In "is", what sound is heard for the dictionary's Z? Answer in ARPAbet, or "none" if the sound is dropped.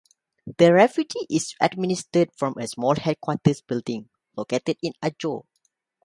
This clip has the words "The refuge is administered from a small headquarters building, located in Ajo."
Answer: S